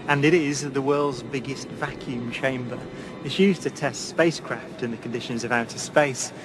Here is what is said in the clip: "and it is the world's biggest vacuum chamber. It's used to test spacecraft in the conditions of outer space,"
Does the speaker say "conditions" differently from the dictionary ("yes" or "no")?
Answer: no